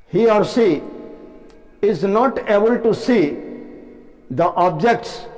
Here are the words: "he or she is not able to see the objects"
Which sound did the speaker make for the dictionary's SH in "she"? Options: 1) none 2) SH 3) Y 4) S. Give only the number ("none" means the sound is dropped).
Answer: 4